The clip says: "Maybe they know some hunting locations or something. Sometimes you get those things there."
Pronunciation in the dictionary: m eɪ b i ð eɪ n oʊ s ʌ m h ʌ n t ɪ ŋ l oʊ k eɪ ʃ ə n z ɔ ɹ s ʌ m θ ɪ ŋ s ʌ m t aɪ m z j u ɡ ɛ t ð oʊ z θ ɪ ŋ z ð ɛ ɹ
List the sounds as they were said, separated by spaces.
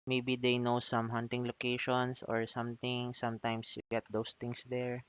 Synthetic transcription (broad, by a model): m eɪ b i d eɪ n oʊ s ʌ m h ʌ n t ɪ ŋ l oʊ k eɪ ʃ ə n s ɔ ɹ s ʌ m t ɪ ŋ s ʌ m t aɪ m s j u ɡ ɛ t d oʊ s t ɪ ŋ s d ɛ ɹ